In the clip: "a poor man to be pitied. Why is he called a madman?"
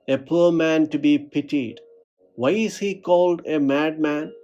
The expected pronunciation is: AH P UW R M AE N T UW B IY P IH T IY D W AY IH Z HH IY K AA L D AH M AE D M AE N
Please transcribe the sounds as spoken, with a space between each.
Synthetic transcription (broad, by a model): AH P UW R M AE N T UW B IY P IH T IY D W AY IH Z HH IY K AA L D AH M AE D M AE N